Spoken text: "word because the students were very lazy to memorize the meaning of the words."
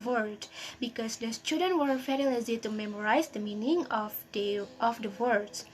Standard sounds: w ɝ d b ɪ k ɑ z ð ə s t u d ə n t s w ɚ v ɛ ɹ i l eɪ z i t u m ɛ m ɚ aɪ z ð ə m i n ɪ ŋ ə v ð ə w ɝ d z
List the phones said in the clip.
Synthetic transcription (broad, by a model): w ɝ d b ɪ k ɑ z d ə s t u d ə n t w ɚ f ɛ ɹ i l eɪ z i t u m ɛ m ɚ aɪ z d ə m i n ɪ ŋ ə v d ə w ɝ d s